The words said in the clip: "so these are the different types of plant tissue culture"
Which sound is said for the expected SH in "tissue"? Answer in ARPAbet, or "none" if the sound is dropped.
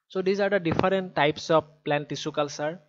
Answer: S